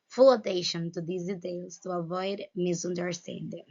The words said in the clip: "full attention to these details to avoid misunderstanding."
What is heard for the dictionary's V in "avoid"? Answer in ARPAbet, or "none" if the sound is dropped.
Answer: V